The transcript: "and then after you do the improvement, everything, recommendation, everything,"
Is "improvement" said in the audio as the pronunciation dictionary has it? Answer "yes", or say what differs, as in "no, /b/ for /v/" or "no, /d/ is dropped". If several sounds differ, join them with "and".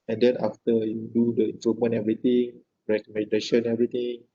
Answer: no, /v/ is dropped and /t/ is dropped